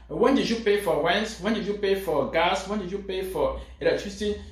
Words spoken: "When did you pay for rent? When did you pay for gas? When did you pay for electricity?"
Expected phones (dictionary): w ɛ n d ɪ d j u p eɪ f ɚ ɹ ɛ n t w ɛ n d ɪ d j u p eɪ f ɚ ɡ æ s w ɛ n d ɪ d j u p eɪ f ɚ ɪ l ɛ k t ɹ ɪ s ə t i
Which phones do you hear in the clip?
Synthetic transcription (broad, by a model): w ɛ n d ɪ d j u p eɪ f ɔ w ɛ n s w ɛ n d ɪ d j u p eɪ f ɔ ɡ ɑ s w ɛ n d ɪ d j u p eɪ f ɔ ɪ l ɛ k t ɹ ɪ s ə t i